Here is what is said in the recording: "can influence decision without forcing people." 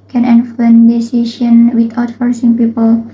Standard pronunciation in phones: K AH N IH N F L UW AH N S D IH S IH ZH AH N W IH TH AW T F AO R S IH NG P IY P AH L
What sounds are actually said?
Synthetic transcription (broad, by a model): K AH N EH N F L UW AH N D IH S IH SH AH N W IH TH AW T F AO R S IH NG P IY P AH L